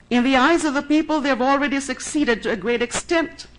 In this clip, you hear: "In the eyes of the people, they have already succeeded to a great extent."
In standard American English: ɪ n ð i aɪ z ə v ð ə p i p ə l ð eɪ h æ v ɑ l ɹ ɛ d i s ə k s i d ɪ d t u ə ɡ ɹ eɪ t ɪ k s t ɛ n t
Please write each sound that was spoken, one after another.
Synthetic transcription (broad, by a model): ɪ n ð i aɪ z ə v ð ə p i p ə l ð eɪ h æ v ɑ l ɹ ɛ d i s ə k s i d ɪ d t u ə ɡ ɹ eɪ t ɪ k s t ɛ n t